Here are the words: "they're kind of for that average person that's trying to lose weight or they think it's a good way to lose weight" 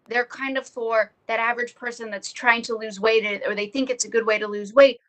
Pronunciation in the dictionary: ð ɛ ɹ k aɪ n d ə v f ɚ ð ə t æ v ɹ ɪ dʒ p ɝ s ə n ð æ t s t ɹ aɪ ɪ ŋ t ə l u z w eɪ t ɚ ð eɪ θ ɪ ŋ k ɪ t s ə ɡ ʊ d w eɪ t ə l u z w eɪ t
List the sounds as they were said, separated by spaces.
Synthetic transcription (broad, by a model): ð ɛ ɹ k aɪ n d ə v f ɚ ð ə t æ v ɹ ɪ dʒ p ɝ s ə n ð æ t s t ɹ aɪ ɪ ŋ t ə l u z w eɪ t ɚ ð eɪ θ ɪ ŋ k ɪ t s ə ɡ ʊ d w eɪ t ə l u z w eɪ t